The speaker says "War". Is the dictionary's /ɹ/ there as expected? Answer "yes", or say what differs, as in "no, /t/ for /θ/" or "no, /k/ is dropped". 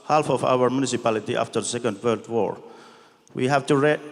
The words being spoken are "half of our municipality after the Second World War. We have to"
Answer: yes